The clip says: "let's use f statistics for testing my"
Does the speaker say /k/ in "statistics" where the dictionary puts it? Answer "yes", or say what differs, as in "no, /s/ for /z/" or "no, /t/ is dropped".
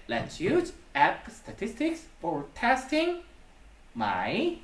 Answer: yes